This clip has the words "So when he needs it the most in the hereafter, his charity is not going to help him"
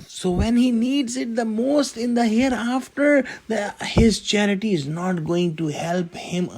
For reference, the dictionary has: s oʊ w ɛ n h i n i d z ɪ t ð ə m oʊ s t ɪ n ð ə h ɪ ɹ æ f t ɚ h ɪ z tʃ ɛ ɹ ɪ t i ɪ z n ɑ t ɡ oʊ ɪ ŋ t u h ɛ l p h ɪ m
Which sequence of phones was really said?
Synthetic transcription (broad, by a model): s oʊ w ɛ n h i n i d z ɪ t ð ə m oʊ s t ɪ n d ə h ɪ ɹ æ f t ɚ h ɪ z tʃ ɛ ɹ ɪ t i ɪ z n ɑ t ɡ oʊ ɪ ŋ t u h ɛ l p h ɪ m